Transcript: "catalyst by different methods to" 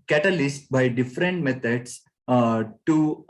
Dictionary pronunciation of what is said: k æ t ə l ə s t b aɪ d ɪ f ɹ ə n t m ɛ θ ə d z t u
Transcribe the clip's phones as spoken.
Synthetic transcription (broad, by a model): k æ t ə l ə s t b aɪ d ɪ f ɹ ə n t m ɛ t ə d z t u